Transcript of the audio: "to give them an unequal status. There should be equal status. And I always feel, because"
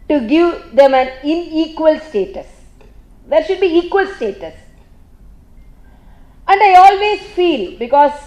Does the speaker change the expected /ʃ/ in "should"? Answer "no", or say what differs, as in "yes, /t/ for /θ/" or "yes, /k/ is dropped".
no